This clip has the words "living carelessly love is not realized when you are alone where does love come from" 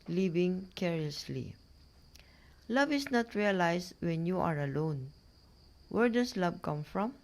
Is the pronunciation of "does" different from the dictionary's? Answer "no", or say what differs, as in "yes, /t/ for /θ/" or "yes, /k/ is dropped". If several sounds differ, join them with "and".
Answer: yes, /s/ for /z/